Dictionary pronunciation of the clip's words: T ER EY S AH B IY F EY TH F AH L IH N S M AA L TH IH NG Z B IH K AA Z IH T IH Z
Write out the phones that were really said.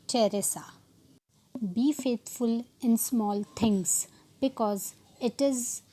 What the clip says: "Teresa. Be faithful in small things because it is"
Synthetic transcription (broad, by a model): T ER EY S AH B IY F EY T F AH L IH N S M AA L T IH NG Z B IH K AA Z IH T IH Z